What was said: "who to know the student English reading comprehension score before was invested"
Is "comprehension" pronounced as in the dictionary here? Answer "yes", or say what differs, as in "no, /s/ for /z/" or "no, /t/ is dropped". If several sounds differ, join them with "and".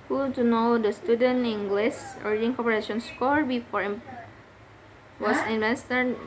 no, /m/ is dropped and /ɹ/ is dropped and /n/ is dropped